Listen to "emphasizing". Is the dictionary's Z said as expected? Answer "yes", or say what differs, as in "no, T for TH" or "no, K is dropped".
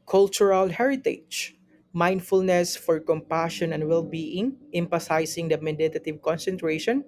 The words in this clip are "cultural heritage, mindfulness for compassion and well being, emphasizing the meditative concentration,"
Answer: no, S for Z